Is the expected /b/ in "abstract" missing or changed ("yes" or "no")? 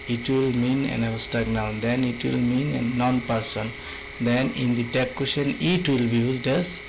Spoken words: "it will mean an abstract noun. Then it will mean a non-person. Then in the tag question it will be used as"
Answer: yes